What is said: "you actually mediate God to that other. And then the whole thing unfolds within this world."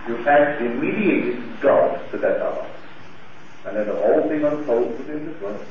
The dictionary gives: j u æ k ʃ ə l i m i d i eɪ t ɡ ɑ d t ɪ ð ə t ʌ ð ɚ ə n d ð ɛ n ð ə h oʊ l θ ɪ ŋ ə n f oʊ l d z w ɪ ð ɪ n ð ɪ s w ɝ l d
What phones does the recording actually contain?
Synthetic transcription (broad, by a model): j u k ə i m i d i eɪ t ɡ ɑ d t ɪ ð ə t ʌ ɚ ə n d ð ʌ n ð ə h oʊ l θ ɪ ŋ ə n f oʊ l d w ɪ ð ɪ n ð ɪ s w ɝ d